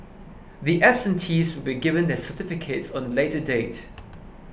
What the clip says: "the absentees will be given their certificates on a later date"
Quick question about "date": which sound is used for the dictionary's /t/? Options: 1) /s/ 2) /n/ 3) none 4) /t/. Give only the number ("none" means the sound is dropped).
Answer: 4